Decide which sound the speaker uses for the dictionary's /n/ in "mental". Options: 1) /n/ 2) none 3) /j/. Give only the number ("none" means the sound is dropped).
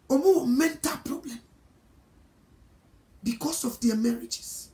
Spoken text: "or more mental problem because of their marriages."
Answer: 1